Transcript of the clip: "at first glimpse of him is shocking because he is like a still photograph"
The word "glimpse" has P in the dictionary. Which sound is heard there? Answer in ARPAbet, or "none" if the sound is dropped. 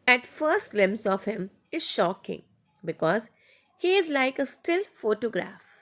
none